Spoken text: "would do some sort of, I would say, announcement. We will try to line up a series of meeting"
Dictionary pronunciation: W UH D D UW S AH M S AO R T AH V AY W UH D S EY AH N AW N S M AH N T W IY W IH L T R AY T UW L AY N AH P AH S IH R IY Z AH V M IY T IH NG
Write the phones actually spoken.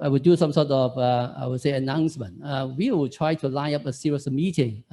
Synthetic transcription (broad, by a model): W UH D D UW S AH M S AO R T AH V AY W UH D S EY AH N AW N S M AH N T W IY W IH L T R AY T UW L AY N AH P AH S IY R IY AH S M IY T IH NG